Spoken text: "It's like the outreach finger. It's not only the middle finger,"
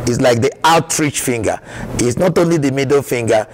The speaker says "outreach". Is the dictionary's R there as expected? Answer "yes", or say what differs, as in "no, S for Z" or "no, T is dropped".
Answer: yes